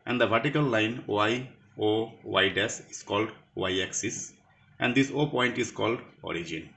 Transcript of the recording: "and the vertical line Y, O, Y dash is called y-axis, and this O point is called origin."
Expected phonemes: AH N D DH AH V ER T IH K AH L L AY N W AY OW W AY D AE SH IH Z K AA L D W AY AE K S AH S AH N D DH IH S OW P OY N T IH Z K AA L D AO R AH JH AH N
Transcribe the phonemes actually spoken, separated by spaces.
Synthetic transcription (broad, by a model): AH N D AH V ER T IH K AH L L AY N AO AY OW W AY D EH S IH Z K AA L D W AY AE K S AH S AH N D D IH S OW P OY N T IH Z K AA L D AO R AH JH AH N